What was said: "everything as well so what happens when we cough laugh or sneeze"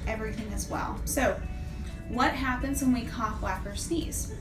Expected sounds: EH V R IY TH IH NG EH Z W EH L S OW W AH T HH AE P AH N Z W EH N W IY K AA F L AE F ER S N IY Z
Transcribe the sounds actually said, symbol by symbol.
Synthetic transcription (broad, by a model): EH V R IY TH IH NG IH Z W EH L S OW W AH T HH AE P AH N Z W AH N W IY K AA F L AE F ER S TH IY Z